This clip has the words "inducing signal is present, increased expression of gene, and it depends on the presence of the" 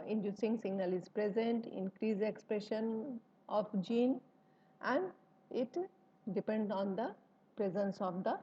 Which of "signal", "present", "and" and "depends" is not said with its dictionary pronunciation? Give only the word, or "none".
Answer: depends